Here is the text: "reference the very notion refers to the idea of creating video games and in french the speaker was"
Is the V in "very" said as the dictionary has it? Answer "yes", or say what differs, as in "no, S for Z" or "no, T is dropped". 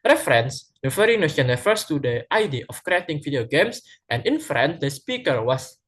no, F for V